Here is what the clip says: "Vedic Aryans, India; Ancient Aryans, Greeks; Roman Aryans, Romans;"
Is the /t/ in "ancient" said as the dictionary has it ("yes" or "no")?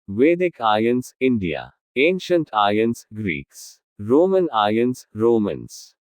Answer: yes